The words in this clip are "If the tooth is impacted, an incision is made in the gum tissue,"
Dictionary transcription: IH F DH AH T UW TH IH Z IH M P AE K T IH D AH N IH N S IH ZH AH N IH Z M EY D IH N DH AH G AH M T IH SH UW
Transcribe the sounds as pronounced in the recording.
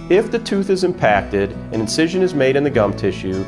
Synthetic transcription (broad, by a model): IH F DH AH T UW TH IH Z IH M P AE K T IH D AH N IH N S IH ZH AH N IH Z M EY D IH N DH AH G AH M T IH SH UW